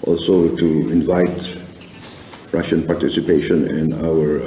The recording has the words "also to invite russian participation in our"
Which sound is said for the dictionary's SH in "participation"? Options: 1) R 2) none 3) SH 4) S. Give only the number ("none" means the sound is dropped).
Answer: 3